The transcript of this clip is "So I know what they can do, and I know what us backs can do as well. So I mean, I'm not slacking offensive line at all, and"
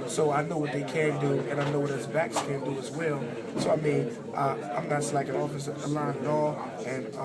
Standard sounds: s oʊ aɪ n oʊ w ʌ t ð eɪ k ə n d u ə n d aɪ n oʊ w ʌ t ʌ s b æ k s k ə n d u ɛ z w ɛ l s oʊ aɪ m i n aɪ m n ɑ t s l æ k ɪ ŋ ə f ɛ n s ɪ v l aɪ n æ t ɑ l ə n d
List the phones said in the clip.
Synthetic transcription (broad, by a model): s oʊ aɪ n oʊ w ʌ t ð eɪ k ə n d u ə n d aɪ n oʊ w ʌ t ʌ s b æ k s k ə n d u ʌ z w ɛ l s oʊ aɪ m i n aɪ m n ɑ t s l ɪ k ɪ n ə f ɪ s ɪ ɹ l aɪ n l ɑ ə n